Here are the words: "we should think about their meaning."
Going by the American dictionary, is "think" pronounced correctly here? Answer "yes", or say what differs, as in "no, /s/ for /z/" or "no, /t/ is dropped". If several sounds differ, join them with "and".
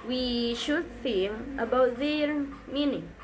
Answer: no, /k/ is dropped